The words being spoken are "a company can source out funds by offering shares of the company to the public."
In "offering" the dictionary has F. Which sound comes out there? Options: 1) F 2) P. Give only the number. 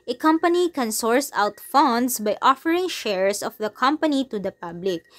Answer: 1